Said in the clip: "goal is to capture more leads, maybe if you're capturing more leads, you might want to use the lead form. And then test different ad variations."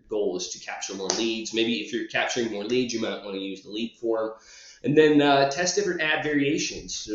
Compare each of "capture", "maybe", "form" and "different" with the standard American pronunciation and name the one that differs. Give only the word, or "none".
none